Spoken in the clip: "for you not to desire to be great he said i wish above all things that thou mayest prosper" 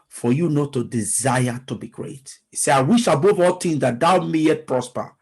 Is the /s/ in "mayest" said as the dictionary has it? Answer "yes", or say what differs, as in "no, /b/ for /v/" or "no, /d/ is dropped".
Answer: no, /s/ is dropped